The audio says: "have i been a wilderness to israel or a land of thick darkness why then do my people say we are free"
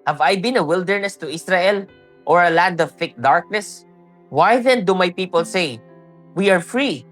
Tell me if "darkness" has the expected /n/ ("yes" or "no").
yes